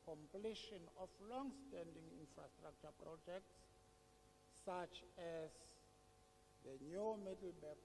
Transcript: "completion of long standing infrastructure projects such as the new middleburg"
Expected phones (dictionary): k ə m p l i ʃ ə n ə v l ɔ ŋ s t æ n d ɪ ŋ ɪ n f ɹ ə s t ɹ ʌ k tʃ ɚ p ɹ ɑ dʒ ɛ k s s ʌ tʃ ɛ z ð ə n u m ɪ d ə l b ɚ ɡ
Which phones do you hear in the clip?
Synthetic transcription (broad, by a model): k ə m p l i ʃ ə n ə f l ɔ ŋ s t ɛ n d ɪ ŋ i n f ɹ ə s t ɹ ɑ k tʃ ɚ p ɹ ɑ dʒ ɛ k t s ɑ tʃ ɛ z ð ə n u m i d l b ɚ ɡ